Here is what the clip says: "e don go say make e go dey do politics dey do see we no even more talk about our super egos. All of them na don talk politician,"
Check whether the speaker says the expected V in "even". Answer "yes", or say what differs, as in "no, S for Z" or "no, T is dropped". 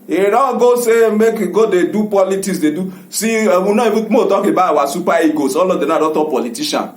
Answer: no, B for V